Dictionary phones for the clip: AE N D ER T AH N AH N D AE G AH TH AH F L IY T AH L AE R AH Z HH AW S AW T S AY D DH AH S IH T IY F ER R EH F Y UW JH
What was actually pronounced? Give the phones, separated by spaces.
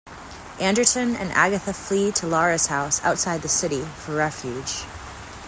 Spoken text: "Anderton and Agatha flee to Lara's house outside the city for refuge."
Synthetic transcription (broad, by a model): AE N D ER T AH N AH N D AE G AH TH AH F L IY T AH L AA R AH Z HH AW S AW T S AY D DH AH S IH T IY F ER R EH F Y UW JH